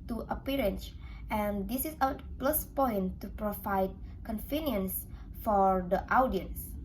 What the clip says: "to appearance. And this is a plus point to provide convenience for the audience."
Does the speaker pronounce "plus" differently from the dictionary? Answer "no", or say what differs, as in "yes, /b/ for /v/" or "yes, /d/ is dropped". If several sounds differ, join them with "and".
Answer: no